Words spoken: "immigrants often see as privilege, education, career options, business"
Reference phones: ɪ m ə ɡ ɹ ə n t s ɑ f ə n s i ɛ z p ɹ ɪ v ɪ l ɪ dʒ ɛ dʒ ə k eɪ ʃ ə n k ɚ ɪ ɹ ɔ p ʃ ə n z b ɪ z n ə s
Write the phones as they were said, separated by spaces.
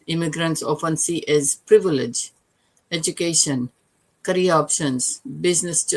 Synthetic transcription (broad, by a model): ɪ m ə ɡ ɹ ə n t s ɑ f ə n s i ɛ z p ɹ ɪ v ɪ l ɪ dʒ ɛ dʒ ə k eɪ ʃ ə n k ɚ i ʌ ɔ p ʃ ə n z b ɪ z n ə s